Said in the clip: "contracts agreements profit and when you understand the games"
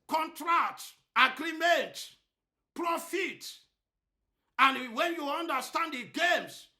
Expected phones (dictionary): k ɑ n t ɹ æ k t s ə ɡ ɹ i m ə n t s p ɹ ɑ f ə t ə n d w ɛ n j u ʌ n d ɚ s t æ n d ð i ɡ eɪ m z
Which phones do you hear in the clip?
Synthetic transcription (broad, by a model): k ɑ n t ɹ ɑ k t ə ɡ ɹ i m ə n t p ɹ ɑ f ə t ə n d w ɛ n j u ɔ n d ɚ s t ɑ n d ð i ɡ eɪ m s